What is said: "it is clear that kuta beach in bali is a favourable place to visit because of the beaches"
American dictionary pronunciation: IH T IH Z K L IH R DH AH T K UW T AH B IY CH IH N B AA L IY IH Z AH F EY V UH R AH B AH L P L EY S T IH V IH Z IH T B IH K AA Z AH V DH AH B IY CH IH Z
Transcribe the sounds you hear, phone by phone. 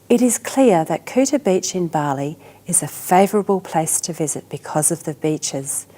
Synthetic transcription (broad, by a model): IH T IH Z K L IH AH DH AH T K UW T AH B IY CH IH N B AA L IY IH Z AH F EY V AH R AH B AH L P L EY S T IH V IH Z IH T B IH K AA Z AH V DH AH B IY CH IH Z